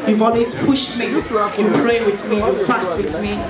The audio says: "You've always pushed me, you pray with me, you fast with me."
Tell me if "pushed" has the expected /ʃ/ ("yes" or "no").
yes